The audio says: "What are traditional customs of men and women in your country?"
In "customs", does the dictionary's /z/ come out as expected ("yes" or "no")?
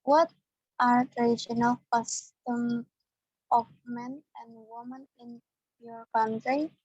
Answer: no